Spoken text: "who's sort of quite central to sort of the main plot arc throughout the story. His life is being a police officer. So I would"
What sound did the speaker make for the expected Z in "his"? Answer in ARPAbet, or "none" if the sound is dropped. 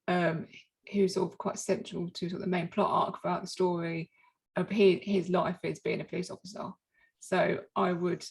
Z